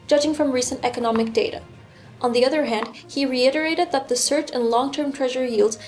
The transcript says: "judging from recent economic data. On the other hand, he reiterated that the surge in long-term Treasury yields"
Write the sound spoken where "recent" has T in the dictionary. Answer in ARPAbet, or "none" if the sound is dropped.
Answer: T